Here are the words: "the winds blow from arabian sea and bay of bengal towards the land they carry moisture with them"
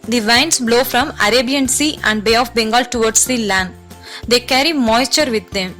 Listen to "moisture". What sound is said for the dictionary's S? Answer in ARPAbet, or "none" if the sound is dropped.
S